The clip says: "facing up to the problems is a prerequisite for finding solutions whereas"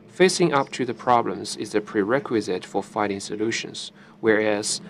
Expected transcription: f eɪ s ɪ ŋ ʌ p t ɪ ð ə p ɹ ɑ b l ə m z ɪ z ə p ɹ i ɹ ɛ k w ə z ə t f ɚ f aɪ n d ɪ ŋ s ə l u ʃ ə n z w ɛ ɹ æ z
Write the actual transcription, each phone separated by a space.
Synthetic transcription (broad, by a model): f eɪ s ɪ ŋ ʌ p t ɪ ð ə p ɹ ɑ b l ə m z ɪ z ə p ɹ i ɹ ɛ k w ə z ə t f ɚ f aɪ d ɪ ŋ s ə l u ʃ ə n z w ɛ ɹ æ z